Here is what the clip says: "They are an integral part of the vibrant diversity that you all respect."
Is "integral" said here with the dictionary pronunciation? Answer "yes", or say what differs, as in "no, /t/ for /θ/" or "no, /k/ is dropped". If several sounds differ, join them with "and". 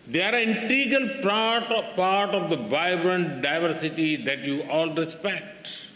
no, /l/ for /ɹ/